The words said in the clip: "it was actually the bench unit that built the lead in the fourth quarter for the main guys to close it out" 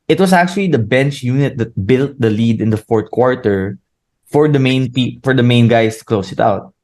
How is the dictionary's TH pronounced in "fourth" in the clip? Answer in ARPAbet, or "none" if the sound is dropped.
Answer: T